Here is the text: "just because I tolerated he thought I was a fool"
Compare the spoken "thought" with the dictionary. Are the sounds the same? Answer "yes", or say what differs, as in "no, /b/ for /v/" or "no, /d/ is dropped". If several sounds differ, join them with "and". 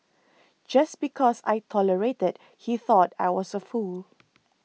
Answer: yes